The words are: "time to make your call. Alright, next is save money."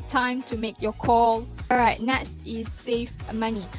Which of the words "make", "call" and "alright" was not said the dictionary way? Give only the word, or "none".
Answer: alright